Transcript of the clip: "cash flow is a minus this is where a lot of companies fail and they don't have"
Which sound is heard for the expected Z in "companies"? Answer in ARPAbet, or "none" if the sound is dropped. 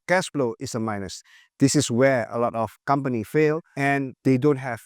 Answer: none